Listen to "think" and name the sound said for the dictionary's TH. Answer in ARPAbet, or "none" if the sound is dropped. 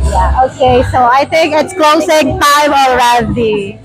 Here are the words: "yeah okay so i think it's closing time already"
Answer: T